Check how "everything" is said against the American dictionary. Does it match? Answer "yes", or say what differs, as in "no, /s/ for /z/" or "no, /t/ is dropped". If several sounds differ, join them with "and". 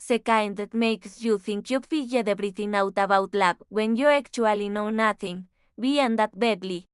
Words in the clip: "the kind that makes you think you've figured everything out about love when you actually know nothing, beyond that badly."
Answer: no, /b/ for /v/